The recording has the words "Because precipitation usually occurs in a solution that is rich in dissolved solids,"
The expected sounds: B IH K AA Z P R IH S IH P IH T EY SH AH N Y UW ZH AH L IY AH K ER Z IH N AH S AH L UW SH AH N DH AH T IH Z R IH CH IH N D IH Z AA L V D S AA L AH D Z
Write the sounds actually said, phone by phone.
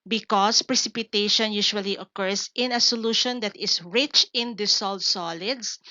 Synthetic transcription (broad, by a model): B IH K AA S P R IH S IH P IH T EY SH AH N Y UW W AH L IY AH K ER S IH N AH S AH L UW SH AH N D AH T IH S R IH CH IH N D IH S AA L D S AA L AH D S